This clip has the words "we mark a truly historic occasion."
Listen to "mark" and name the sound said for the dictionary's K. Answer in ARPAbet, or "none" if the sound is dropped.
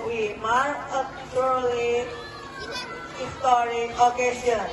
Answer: none